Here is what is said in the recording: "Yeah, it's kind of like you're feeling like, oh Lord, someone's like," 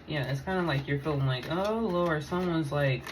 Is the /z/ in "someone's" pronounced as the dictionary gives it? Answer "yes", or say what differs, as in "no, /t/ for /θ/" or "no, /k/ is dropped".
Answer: yes